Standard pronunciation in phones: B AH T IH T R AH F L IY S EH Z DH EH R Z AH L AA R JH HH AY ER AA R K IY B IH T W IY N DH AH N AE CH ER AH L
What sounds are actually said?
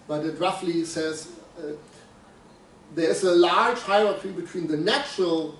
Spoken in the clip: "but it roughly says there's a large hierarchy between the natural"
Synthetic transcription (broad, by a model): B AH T IH T R AH F L IY S EH Z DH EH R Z AH L AA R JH HH AY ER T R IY B IH T W IY N DH AH N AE CH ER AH L